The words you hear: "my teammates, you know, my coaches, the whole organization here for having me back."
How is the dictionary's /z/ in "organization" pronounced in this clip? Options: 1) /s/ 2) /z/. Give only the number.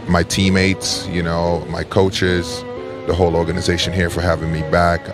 2